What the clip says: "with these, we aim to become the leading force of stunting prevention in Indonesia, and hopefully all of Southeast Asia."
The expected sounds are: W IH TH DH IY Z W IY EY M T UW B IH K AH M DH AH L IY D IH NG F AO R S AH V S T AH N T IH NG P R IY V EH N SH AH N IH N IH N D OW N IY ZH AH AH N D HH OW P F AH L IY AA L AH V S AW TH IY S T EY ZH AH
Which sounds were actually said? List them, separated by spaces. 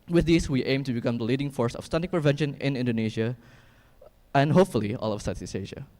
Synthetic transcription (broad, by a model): W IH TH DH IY S W IY EY M T UW B IH K AH M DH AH L IY D IH NG F AO R S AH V S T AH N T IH P R IY V EH N SH AH N IH N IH N D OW N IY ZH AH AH N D HH OW P F AH L IY AA L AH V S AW S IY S EY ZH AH